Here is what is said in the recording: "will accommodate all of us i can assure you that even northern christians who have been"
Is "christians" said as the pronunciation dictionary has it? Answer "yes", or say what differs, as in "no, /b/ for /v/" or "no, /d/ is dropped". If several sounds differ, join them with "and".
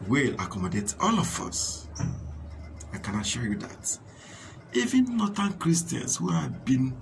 no, /s/ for /z/